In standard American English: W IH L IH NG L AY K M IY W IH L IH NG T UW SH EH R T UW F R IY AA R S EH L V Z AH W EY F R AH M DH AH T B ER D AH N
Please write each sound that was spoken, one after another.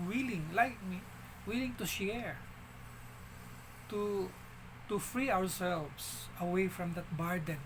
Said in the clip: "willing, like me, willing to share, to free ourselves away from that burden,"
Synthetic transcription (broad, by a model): W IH L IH NG L AY K M IY W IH L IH NG T UW SH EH R T UW F R IY AA W S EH L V S AH W EY F R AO M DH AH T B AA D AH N